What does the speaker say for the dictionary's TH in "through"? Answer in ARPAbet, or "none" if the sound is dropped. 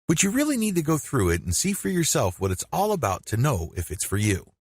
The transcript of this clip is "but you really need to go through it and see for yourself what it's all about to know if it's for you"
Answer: TH